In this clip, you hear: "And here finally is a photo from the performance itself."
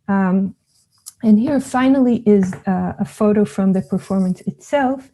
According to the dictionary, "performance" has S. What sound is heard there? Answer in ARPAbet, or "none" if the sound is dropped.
S